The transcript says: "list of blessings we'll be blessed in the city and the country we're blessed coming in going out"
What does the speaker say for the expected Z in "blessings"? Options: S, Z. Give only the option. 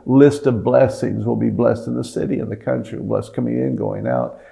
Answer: Z